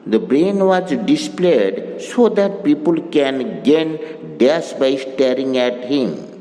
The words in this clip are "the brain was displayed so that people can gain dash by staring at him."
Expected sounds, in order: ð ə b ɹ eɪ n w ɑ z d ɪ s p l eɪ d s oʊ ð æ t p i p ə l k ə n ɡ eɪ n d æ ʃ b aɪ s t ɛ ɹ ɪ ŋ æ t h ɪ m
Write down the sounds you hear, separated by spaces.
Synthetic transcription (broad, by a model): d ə b ɹ eɪ n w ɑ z d ɪ s p l eɪ d s oʊ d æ t p i p ə l k ə n ɡ eɪ n d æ s b aɪ s t ɛ ɹ ɪ ŋ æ t h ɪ m